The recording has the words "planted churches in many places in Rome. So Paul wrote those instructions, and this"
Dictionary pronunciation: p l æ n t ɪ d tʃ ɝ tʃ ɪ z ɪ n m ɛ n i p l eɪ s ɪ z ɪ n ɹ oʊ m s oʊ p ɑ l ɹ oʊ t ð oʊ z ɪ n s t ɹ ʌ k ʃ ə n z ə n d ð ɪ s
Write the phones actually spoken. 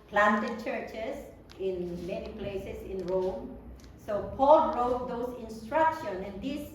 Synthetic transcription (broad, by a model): p l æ n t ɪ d tʃ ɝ tʃ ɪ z ɪ n m ɛ n i p l eɪ s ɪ s ɪ n ɹ oʊ m s oʊ p ɑ l ɹ oʊ t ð oʊ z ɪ n s t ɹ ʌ k ʃ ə n ə n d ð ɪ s